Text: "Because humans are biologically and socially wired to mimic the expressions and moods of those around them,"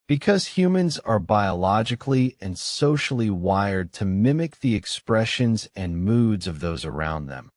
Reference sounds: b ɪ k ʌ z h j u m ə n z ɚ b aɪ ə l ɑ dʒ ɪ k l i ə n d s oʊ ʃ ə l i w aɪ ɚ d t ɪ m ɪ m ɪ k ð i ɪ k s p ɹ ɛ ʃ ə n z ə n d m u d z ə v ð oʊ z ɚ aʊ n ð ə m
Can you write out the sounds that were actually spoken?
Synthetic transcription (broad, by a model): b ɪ k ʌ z h j u m ə n z ɚ b aɪ ə l ɑ dʒ ɪ k l i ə n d s oʊ ʃ l i w aɪ ɚ d t ɪ m ɪ m ɪ k ð i ɪ k s p ɹ ɛ ʃ ə n z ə n m u d z ə v ð oʊ z ɚ aʊ n ð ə m